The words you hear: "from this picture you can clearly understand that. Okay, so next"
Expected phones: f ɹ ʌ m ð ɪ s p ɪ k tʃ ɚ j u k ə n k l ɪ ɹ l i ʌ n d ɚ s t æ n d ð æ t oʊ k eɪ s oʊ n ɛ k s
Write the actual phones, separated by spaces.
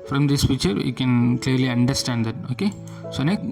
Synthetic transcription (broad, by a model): f ɹ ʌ m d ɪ s f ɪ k tʃ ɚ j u k ə n k l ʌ ɹ l i ʌ n d ɚ s t æ n d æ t oʊ k eɪ s oʊ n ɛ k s